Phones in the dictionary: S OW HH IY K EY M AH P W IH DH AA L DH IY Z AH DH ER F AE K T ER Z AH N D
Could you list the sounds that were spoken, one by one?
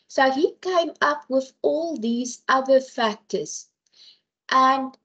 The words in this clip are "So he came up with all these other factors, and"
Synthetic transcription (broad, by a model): S OW HH IY K EY M AH P W IH DH AA L DH IY Z AH DH ER F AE K T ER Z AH N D